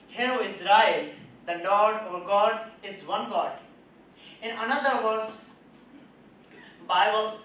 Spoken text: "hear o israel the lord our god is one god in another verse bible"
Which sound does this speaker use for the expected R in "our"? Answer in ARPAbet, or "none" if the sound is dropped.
R